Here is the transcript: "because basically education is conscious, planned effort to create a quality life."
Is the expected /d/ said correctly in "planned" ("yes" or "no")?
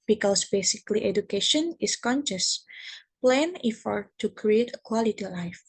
no